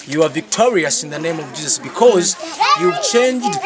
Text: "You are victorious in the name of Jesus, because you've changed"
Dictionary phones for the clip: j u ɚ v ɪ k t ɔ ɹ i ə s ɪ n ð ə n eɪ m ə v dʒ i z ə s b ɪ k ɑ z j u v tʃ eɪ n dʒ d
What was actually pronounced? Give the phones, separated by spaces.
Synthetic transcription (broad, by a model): j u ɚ v ɪ k t ɔ ɹ i ə s ɪ n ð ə n eɪ m ə v dʒ i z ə s b ɪ k ɑ z j u v tʃ eɪ n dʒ d